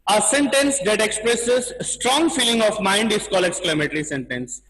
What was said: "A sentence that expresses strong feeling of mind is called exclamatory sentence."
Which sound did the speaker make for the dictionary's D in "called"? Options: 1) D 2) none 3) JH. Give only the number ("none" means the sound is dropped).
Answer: 2